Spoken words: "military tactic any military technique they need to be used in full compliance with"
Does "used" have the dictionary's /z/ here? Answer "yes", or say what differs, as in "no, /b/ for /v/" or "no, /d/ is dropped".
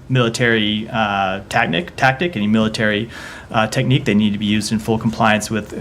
yes